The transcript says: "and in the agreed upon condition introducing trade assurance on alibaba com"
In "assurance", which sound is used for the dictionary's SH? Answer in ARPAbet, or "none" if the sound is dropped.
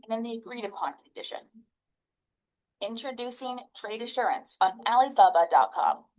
SH